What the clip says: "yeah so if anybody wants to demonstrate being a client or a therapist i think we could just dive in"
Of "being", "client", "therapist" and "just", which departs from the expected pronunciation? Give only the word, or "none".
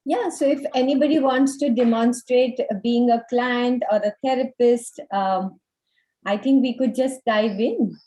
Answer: therapist